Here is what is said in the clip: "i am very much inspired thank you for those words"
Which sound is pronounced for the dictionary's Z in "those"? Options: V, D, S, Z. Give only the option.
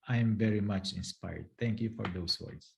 S